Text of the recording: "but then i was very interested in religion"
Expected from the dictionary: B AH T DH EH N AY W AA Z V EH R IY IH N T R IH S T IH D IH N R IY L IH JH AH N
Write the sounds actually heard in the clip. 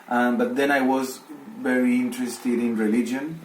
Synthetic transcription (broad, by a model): B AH T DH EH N AY W AA Z V EH R IY IH N T R IH S T IH D IH N R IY L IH JH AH N